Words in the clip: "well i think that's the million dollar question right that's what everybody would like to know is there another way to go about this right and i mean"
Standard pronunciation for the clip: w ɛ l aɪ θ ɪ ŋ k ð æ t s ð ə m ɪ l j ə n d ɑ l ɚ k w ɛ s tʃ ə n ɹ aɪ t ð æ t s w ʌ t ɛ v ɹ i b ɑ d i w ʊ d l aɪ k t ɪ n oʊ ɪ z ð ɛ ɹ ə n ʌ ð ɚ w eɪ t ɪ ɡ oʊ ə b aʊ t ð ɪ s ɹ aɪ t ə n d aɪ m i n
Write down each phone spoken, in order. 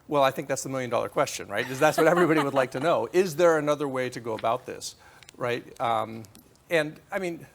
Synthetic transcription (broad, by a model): w ɛ l aɪ θ ɪ ŋ k ð æ t s ð ə m ɪ l j ə n d ɑ l ɚ k w ɛ s tʃ ə n ɹ aɪ t ð æ t s w ʌ t ɛ v ɹ i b ɑ d i w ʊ d l aɪ k t ɪ n oʊ ɪ z ð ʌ ɹ ə n ʌ ð ɚ w eɪ t ɪ ɡ oʊ ə b aʊ t ð ɪ s ɹ aɪ t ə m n aɪ m i n